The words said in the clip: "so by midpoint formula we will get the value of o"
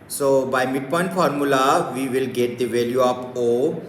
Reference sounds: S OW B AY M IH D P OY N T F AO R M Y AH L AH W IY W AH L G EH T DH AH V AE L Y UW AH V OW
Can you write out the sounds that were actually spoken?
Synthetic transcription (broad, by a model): S OW B AY M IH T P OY N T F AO R M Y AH L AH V IY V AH L G EH T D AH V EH L Y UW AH P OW